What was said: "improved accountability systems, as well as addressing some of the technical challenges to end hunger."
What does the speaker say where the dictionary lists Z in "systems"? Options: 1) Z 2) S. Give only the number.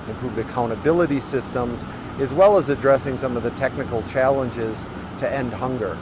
1